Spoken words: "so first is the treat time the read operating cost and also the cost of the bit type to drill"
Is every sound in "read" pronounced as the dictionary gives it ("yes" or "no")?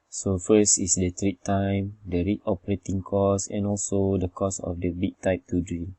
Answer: no